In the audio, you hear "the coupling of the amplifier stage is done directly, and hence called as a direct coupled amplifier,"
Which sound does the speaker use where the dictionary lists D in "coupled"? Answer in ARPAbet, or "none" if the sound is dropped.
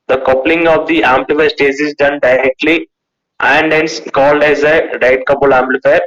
none